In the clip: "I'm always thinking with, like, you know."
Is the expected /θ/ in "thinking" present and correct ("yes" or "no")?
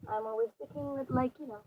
no